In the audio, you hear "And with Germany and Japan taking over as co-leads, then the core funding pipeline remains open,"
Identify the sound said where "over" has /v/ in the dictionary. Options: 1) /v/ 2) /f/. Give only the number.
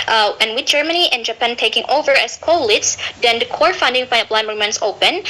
1